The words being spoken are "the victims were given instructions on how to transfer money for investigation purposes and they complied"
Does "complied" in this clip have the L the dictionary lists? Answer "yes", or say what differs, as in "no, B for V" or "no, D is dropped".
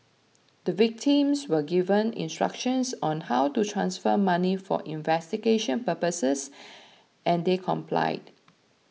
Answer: yes